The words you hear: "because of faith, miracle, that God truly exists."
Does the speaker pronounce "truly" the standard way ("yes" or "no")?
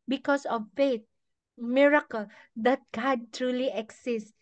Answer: yes